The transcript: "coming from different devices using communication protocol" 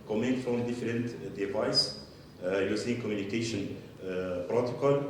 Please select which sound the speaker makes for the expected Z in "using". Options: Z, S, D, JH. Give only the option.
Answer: S